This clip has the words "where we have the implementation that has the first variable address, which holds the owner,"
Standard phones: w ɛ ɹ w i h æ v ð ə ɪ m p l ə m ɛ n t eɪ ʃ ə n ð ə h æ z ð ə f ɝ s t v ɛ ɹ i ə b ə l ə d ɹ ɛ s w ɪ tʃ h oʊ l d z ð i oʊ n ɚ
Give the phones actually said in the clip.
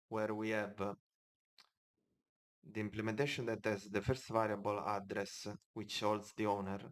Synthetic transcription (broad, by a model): w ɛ ɹ w i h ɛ v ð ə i m p l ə m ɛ n t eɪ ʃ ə n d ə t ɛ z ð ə f ɝ s t v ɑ ɹ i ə b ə l ə d ɹ ɛ s w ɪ tʃ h oʊ l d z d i oʊ n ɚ